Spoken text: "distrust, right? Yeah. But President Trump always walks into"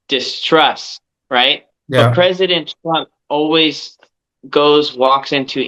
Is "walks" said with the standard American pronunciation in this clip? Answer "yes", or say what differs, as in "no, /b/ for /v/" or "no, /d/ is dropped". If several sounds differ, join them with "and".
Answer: yes